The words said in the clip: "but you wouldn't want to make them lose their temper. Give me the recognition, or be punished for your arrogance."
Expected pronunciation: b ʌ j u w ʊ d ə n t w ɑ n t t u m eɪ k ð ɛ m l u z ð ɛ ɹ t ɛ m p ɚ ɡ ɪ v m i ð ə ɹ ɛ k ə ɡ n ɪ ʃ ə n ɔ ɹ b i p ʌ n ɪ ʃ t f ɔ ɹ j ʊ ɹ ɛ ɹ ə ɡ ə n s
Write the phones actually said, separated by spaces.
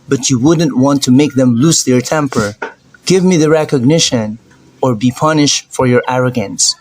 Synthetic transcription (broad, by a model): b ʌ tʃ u w ʊ d n t w ɑ n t t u m eɪ k ð ɛ m l u s ð ɛ ɹ t ɛ m p ɚ ɡ ɪ v m i ð ə ɹ ɛ k ə ɡ n ɪ ʃ ə n ɔ ɹ b i p ʌ n ɪ ʃ t f ɔ ɹ j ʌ ɹ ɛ ɹ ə ɡ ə n s